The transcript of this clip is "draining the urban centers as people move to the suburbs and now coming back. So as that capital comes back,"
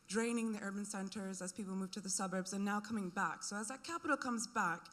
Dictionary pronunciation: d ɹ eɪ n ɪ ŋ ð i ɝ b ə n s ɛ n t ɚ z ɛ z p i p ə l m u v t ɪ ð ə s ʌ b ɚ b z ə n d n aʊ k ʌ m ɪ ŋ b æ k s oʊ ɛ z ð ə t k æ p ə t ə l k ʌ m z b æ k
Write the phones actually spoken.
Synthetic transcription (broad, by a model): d ɹ eɪ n ɪ ŋ ð i ɝ b ə n s ɛ n t ɚ z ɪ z p i p l m u v t ɪ ð ə s ʌ b ɚ b z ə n n aʊ k ʌ m ɪ ŋ b æ k s oʊ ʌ z ð ə t k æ p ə t l k ʌ m z b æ k